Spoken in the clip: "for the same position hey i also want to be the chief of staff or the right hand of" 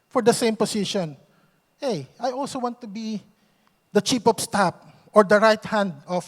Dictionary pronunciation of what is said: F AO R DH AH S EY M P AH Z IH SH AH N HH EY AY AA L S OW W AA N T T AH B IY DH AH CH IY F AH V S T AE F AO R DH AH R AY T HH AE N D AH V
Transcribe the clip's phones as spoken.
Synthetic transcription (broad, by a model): F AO R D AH S EY M P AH S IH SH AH N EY AY AA L S OW W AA N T T AH B IY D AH CH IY P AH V S T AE P AO R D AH R AY T HH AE N D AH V